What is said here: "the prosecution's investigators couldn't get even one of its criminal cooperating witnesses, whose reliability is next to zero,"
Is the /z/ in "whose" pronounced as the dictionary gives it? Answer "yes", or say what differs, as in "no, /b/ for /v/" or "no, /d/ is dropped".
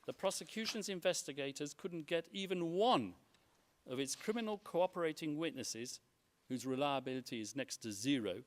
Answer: yes